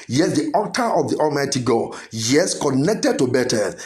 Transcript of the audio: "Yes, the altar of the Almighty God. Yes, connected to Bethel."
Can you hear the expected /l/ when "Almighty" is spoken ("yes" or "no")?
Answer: no